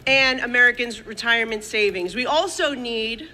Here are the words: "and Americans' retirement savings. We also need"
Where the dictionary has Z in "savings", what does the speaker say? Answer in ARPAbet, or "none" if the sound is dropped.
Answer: Z